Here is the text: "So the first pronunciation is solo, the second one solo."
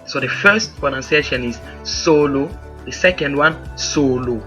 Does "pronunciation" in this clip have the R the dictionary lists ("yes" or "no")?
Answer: no